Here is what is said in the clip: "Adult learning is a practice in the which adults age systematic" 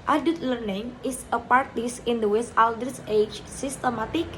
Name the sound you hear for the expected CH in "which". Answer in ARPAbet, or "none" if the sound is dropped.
S